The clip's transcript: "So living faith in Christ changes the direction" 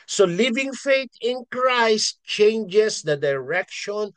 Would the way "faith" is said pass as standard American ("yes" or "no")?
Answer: no